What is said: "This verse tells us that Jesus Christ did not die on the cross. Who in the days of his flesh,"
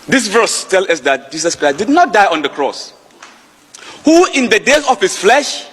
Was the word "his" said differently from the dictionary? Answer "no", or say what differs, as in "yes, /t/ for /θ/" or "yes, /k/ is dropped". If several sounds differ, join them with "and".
yes, /s/ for /z/